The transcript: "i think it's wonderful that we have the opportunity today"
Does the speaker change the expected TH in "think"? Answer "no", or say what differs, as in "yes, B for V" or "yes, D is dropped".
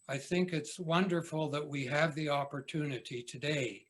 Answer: no